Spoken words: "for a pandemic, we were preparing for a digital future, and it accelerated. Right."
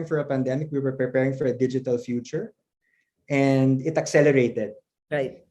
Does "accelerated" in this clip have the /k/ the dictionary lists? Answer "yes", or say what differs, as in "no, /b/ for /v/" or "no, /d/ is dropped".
yes